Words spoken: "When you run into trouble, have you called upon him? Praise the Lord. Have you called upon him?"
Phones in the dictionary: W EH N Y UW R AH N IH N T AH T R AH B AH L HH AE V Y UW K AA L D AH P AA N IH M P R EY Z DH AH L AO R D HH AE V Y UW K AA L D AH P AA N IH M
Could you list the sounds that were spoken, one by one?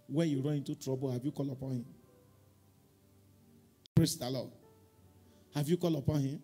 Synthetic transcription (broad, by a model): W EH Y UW R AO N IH T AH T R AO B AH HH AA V Y UW K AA L AH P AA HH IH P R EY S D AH L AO HH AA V Y UW K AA L AH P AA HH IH